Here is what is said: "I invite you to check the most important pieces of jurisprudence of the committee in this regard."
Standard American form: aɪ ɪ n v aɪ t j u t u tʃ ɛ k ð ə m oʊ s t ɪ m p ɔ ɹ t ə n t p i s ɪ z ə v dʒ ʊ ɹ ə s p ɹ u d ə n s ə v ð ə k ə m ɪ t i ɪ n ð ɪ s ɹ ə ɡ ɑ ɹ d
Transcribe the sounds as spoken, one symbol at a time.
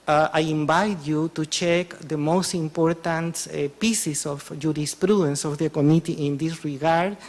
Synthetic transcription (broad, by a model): aɪ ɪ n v aɪ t j u t u tʃ ɛ k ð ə m oʊ s t ɪ m p ɔ ɹ t ə n t p i s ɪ s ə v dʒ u ɹ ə s p ɹ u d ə n s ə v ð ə k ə m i t i ɪ n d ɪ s ɹ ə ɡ ɑ ɹ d